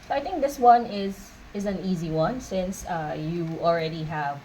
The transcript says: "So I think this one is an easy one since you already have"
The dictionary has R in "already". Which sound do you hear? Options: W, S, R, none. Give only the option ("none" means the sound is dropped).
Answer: R